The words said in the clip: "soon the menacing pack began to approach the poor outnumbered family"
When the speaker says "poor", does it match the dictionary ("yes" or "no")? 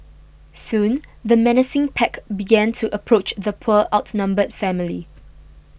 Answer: no